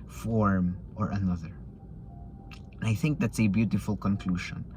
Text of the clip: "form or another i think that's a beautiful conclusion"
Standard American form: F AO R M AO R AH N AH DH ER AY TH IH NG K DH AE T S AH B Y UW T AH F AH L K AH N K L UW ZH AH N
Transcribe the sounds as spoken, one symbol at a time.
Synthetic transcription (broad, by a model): F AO R M AO R AH N AH DH ER AY TH IH NG K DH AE T S AH B Y UW T AH F AH L K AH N K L UW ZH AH N